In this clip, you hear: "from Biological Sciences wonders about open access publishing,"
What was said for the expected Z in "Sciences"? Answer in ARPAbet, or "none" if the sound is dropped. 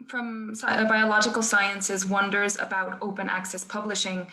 Z